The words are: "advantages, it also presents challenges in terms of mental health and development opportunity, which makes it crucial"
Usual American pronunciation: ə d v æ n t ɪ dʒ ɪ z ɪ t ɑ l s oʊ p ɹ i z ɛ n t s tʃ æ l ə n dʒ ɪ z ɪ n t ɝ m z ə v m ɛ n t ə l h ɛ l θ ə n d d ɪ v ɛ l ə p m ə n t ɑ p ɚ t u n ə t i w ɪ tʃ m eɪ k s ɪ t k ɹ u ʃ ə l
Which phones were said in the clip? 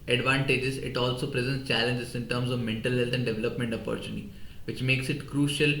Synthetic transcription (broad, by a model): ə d v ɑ n t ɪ dʒ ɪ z ɪ t ɑ l s oʊ p ɹ i z ɛ n t s tʃ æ l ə n dʒ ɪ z ɪ n t ɝ m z ə v m ɛ n t ə l h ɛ l t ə n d d ɪ v ɛ l ə p m ə n t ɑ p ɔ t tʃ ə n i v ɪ tʃ m eɪ k s ɪ t k ɹ u ʃ ə l